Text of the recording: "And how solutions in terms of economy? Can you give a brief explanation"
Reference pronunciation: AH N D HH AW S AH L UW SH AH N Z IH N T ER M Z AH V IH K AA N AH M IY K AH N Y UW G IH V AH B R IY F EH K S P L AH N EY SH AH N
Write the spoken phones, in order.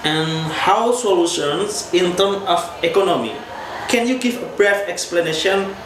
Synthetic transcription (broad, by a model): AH N HH AW S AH L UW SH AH N S IH N T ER M AH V IH K AA N AH M IY K AH N Y UW G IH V AH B R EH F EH K S P L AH N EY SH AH N